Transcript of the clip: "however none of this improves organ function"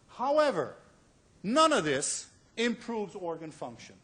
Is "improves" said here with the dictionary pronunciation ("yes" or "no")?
yes